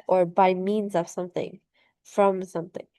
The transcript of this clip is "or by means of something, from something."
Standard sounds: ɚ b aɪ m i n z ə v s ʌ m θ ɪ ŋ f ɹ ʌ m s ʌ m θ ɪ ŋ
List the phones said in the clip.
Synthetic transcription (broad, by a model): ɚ b aɪ m i n z ə v s ʌ m θ ɪ ŋ f ɹ ʌ m s ʌ m θ ɪ ŋ